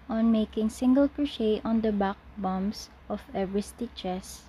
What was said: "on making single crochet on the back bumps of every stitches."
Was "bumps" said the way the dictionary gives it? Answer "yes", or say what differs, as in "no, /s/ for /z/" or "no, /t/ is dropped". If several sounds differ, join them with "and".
no, /p/ is dropped